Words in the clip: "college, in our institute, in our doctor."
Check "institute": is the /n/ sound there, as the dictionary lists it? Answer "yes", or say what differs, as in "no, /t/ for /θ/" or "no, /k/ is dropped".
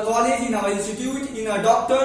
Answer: no, /l/ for /n/